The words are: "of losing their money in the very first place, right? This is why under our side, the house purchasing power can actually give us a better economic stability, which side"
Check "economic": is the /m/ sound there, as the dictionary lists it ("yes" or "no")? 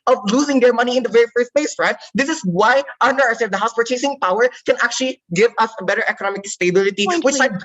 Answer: yes